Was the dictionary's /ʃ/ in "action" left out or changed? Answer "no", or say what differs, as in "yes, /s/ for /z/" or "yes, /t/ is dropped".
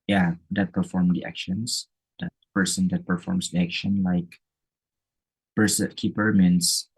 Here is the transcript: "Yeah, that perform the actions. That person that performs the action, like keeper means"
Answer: no